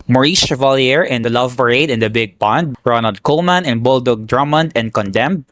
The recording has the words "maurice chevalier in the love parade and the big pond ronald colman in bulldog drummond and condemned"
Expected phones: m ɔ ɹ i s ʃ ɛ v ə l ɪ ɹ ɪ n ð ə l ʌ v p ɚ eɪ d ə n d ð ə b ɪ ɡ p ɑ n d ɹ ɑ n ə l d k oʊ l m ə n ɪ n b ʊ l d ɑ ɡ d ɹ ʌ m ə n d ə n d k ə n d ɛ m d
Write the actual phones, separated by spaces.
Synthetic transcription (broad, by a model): m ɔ ɹ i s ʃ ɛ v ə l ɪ ɹ ɪ n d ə l ʌ v b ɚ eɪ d ə n d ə b ɪ ɡ p ɑ n d ɹ ɑ n ə l d k oʊ l m ə n ɪ n b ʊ l d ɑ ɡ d ɹ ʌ m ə n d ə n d k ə n d ɛ m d